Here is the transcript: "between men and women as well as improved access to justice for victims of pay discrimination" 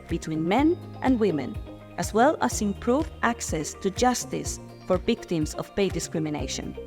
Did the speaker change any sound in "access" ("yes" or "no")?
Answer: no